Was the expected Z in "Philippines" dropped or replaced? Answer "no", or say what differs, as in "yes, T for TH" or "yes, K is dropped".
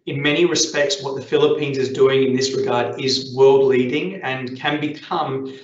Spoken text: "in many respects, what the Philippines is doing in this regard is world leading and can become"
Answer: no